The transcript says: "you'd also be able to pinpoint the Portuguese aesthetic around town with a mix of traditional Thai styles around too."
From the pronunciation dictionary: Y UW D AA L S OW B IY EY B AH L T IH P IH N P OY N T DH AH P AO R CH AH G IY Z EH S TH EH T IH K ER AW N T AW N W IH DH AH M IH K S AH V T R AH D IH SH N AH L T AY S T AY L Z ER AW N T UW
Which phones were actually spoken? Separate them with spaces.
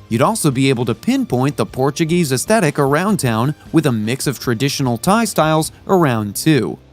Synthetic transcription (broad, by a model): Y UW D AA L S OW B IY EY B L T IH P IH N P OY N DH AH P AO R CH AH G IY Z EH S TH EH T IH K ER AW N T AW N W IH DH AH M IH K S AH V T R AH D IH SH N L T AY S T AY L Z ER AW N T UW